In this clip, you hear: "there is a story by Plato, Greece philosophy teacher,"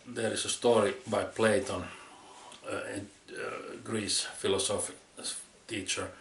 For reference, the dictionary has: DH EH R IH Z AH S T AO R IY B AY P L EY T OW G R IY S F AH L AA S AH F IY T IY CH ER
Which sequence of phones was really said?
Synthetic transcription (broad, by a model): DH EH R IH S AH S T AO R IY B AY P L EY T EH G R IY S F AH L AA S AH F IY T IY CH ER